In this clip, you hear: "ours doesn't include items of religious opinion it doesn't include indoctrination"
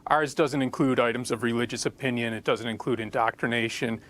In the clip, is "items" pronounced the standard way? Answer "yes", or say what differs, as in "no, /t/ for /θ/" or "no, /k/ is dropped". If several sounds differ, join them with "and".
yes